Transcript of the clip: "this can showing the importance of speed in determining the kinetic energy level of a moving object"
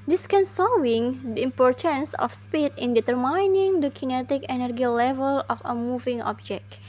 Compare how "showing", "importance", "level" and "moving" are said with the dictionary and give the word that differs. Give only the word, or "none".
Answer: showing